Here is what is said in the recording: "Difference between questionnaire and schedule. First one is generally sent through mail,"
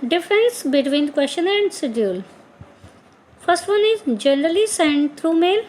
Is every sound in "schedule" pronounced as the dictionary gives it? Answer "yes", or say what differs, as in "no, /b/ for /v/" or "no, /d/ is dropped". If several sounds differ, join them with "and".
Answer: no, /k/ is dropped